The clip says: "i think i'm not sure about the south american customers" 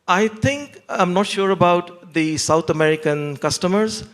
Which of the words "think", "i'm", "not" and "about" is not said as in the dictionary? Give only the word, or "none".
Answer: think